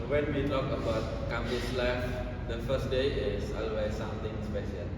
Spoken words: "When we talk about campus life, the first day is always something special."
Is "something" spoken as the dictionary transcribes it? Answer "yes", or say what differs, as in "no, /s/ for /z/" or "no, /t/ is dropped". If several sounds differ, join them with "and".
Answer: no, /t/ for /θ/